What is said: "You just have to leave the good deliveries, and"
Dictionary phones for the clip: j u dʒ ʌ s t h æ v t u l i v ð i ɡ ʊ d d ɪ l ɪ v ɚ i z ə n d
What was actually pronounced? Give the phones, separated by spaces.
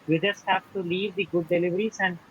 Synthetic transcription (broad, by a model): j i dʒ ʌ s t h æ f t u l i v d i ɡ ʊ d d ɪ l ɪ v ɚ i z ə n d